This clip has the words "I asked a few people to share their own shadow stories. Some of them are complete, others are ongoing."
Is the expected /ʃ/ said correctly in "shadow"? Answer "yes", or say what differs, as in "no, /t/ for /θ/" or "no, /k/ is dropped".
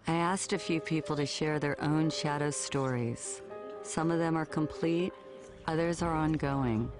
yes